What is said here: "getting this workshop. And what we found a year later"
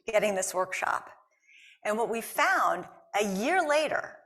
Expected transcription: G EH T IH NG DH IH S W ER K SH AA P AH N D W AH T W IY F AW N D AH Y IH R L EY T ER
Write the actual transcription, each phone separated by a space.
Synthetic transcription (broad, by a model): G EH T IH NG DH IH S W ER K SH AA P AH N W AH T W IY F AW N D AH Y IH R L EY T ER